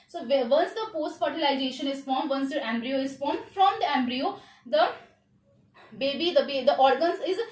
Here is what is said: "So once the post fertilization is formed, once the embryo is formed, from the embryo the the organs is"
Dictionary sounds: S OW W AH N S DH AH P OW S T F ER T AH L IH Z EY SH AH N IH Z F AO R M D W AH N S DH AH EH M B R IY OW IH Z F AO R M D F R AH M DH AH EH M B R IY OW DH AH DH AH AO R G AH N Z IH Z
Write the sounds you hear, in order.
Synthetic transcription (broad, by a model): S OW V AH N S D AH P OW S T F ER T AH L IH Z EY SH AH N IH Z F AO R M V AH N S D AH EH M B R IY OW IH Z F AO R M D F R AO M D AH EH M B R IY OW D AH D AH AO R G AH N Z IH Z